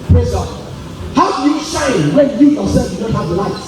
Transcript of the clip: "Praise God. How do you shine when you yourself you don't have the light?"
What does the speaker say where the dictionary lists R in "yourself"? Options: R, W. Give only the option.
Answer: W